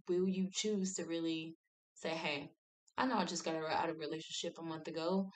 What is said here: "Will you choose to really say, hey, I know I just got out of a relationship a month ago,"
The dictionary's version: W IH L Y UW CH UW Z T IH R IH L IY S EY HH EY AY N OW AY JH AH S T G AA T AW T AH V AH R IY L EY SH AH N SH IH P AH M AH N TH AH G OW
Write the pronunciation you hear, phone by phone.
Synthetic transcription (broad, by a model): W IH L Y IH CH UW Z T IH R IH L IY S EY HH EY AY N OW AY JH AH S T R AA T AW T AH V R IY L EY SH N SH IH P AH M AH N TH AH G OW